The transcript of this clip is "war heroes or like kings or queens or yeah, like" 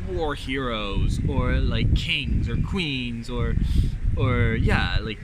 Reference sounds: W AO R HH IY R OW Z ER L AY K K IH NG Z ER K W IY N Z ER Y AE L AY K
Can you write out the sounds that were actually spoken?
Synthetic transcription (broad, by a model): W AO R HH IY R OW Z ER L AY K K IH NG Z ER K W IY N Z ER Y AE L AY K